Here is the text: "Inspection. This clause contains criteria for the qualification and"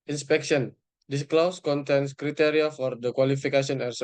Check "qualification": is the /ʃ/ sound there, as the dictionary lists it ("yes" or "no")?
no